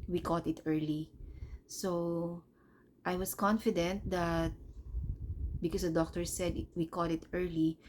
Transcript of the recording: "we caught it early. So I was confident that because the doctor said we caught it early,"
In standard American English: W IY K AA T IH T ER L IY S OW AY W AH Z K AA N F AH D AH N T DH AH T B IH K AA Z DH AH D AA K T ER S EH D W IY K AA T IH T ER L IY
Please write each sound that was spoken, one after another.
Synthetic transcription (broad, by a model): W IY K AA T IH T ER L IY S OW AY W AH S K AA N F AH D AH N T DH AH T B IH K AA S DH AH D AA K T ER S EH D W IY K AA T IH T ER L IY